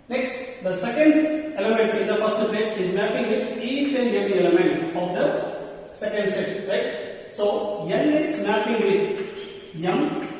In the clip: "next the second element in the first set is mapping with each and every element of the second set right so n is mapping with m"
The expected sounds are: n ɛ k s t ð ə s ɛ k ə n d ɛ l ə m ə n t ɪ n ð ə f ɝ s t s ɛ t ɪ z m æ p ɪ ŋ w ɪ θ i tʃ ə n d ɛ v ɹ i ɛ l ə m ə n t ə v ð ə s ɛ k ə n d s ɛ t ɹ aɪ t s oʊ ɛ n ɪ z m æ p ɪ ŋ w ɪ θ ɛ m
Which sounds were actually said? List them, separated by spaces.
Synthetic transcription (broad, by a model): n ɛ k s t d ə s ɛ k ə n d ɛ l ə m ə n t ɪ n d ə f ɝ s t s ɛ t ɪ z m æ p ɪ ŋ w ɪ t i tʃ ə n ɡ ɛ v i ɛ l ə m ə n t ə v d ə s ɛ k ə n d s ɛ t ɹ aɪ t s oʊ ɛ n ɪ s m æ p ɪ ŋ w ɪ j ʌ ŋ